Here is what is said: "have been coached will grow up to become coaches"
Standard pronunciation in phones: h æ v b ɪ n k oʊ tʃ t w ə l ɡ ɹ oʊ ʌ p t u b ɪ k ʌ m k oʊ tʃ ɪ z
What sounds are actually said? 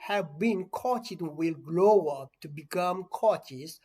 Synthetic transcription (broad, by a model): h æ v b ɪ n k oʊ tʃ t w ə l ɡ l oʊ ʌ p t u b ɪ k ʌ m k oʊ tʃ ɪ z